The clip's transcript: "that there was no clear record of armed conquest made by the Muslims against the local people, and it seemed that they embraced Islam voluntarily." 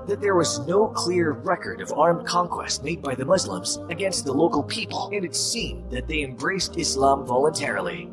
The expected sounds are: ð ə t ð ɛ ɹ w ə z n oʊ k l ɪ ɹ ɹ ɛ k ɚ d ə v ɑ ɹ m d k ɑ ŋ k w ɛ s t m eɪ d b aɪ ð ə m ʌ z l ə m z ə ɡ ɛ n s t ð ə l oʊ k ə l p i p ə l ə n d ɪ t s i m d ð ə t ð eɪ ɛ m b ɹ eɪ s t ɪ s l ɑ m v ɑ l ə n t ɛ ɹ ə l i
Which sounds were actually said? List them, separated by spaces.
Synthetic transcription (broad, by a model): ð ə t ð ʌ ɹ w ə z n oʊ k l ɪ ɹ ɹ ɛ k ɚ d ə v ɑ ɹ m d k ɑ ŋ k w ɛ s t m eɪ d b aɪ ð ə m ʌ z l ə m z ə ɡ ɛ n s t ð ə l oʊ k l p i p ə l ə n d ɪ t s i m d ð ə t ð eɪ ɛ m b ɹ eɪ s t ɪ s l ɑ m v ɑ l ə n t ɛ ɹ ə l i